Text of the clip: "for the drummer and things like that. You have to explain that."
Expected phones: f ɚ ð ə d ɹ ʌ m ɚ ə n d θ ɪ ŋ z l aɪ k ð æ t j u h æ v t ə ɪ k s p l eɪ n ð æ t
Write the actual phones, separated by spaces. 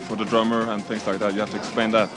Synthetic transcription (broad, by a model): f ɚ ð ə d ɹ ʌ m ɚ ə n θ ɪ ŋ z l aɪ k ð æ t j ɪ h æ f t ə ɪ k s p eɪ n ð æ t